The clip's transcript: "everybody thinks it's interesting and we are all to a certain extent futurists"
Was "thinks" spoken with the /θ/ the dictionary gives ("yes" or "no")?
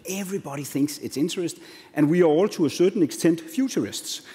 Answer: yes